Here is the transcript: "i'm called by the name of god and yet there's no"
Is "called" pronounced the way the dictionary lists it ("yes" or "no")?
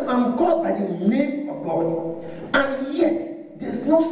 no